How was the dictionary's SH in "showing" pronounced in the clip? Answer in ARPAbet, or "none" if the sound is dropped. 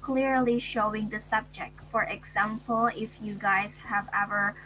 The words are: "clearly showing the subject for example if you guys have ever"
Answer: SH